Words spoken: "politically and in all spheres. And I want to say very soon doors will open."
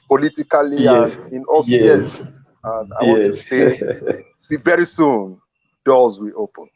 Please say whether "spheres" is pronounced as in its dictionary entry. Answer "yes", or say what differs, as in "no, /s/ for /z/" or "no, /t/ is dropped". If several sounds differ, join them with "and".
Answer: no, /f/ is dropped